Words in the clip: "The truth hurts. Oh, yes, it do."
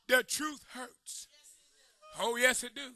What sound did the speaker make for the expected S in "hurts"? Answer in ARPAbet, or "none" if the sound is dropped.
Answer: S